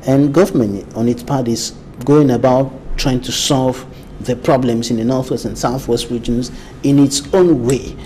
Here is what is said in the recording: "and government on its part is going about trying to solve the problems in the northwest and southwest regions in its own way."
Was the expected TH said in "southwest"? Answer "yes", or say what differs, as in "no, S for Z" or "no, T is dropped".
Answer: yes